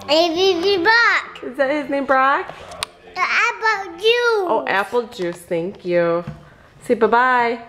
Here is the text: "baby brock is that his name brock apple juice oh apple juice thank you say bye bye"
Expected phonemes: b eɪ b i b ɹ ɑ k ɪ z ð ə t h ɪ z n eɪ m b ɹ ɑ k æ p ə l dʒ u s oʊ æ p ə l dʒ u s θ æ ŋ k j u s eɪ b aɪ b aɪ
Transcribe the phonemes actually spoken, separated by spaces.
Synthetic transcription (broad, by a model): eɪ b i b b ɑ k ɪ z ð ə t h ɪ z n eɪ m b ɹ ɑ k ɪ b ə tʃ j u oʊ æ p l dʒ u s θ æ ŋ k j u s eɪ b aɪ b aɪ